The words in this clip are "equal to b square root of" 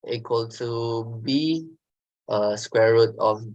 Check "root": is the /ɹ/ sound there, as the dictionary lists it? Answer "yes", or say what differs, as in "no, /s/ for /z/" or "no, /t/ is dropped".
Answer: yes